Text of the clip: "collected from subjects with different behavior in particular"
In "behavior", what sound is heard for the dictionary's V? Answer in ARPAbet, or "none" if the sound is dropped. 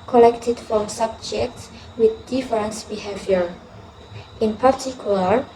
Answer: V